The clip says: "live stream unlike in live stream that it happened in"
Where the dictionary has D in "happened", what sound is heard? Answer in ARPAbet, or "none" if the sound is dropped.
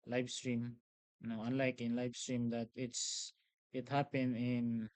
none